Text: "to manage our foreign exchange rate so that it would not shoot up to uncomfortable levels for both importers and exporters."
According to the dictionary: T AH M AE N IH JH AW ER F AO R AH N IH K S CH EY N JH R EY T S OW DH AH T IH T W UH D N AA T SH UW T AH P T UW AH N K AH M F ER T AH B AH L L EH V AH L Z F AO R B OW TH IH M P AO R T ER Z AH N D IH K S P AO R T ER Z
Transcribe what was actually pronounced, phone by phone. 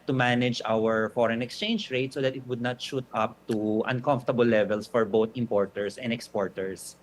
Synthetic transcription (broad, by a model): T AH M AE N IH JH AW ER F AO R AH N IH K S CH EY N JH R EY T S OW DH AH T IH T W UH D N AA T SH UW T AH P T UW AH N K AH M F T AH B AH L L EH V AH L S F AO R B OW T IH M P AO R T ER S AH N D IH K S P AO R T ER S